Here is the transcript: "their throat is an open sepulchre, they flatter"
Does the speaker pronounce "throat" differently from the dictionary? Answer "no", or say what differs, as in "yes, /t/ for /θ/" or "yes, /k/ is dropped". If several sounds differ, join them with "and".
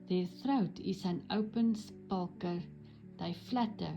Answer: no